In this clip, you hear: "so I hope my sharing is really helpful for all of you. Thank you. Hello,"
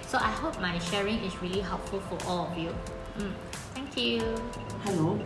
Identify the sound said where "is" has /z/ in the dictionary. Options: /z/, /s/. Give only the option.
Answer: /s/